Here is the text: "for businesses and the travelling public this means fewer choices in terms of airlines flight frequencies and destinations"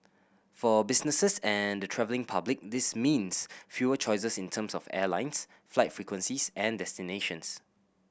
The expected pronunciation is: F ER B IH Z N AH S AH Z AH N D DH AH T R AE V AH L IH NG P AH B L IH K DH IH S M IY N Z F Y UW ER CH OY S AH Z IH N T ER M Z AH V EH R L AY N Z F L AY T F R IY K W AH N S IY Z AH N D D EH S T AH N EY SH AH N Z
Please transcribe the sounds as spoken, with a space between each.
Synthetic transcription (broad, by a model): F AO B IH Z N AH S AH S AH N D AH T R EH V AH L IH NG P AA B L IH K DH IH S M IY N S F Y UW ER CH OY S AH S IH N T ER M S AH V EH L AY N S F L AY T F R IY K W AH N S IY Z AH N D D EH S T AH N EY SH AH N S